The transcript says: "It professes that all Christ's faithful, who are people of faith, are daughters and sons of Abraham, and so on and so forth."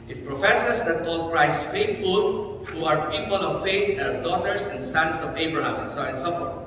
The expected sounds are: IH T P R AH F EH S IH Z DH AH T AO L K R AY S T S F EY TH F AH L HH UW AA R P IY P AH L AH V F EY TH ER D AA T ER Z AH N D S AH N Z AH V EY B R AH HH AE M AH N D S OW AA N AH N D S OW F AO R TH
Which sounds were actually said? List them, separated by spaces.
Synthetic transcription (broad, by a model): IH T P R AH F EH S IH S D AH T AO L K R AY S S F EY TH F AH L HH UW AA R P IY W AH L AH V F EY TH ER D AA T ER S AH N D S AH N S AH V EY B R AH HH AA M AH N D S OW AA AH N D S OW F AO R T